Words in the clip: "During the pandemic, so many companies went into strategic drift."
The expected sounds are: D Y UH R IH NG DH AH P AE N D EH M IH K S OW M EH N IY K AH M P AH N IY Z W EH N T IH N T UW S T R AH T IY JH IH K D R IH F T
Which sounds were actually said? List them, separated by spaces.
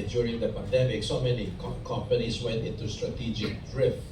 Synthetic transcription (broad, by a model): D Y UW R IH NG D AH P AE N D EH M IH K S OW M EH N IY K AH M P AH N IY S W EH N T IH N T UW S T R AH T IY JH IH K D R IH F